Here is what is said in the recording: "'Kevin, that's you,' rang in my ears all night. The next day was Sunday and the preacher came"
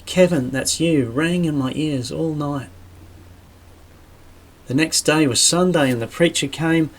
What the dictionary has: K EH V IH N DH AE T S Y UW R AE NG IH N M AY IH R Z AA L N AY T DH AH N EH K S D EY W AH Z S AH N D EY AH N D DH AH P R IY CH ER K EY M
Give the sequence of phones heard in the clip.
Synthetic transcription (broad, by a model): K EH V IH N DH AE T S Y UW R AE NG IH N M AY IH R Z AA L N AY T DH AH N EH K S D EY W AH Z S AH N D EY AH N DH AH P R IY CH ER K EY M